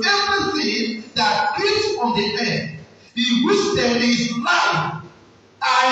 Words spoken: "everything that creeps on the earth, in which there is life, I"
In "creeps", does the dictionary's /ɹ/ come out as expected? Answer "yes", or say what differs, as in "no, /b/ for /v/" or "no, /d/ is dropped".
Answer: no, /ɹ/ is dropped